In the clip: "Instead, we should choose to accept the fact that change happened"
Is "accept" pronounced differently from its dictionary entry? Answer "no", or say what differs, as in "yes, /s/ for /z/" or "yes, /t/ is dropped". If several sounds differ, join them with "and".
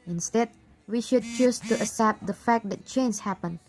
yes, /k/ is dropped